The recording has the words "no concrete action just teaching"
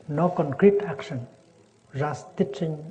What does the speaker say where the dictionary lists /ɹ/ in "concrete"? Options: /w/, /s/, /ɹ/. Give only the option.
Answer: /ɹ/